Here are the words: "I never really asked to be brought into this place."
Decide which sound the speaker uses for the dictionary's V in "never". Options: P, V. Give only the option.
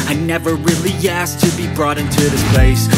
V